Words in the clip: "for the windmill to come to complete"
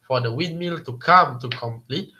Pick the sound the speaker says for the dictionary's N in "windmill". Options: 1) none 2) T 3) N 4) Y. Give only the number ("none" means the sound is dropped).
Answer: 1